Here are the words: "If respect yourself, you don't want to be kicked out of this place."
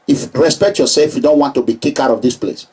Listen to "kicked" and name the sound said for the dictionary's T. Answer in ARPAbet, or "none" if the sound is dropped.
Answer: none